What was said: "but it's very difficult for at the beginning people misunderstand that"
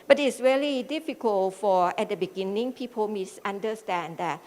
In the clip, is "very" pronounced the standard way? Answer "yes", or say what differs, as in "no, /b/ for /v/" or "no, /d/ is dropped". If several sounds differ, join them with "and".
no, /l/ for /ɹ/